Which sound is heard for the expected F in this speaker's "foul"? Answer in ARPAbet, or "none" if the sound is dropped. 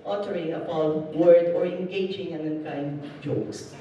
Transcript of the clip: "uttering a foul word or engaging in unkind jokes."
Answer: P